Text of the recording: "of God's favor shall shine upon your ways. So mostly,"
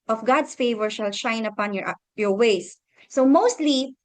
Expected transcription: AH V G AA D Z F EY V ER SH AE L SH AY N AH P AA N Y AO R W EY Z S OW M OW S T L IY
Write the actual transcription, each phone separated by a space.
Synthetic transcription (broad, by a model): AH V G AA D S F EY V ER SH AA L SH AY N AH P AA N Y AO R W EY S OW M OW S T L IY